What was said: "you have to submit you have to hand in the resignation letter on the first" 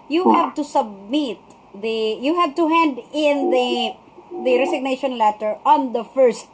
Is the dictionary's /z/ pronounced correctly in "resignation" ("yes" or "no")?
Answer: no